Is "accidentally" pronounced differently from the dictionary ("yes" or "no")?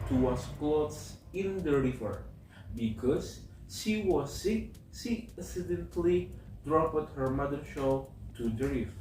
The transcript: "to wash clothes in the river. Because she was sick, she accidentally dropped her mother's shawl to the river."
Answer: yes